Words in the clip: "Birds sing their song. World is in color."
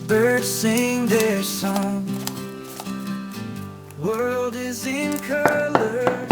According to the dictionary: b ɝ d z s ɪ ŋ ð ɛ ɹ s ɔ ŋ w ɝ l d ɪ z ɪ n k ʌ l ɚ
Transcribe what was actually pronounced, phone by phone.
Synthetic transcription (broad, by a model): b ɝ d s ɪ ŋ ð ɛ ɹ s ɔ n w ɝ l d ɪ z ɪ n k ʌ l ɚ